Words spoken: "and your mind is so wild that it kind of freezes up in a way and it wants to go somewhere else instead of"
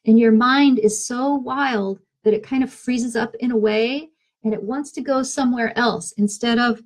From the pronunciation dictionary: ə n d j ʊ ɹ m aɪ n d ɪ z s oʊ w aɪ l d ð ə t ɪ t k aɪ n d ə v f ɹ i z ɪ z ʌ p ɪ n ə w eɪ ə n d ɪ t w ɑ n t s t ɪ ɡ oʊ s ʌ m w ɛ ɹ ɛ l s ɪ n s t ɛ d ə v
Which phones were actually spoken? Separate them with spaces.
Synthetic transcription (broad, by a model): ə n j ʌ ɹ m aɪ n d ɪ z s oʊ w aɪ l d ð ə t ɪ t k aɪ n d ə v f ɹ i z ɪ z ʌ p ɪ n ə w eɪ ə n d ɪ t w ɑ n t s t ɪ ɡ oʊ s ʌ m w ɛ ɹ ɛ l s ɪ n s t ɛ d ə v